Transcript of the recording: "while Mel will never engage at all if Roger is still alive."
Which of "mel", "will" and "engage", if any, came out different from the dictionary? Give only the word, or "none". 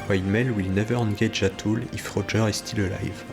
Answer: engage